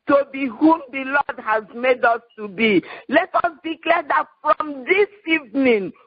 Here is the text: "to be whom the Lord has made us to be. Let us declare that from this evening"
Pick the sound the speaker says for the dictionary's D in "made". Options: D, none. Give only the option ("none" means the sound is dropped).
D